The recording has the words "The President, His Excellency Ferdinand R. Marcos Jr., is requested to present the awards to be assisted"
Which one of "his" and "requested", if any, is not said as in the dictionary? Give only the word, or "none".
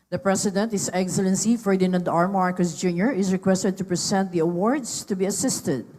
his